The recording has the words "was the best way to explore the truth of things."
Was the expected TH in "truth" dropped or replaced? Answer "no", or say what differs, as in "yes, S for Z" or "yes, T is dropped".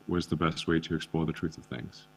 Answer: no